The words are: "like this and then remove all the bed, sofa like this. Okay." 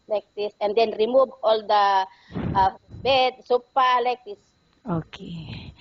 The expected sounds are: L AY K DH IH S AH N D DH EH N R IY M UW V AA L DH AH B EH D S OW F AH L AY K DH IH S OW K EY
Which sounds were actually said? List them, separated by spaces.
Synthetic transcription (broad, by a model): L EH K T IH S AH N D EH N R IY M UW V AA L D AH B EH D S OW P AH L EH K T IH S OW K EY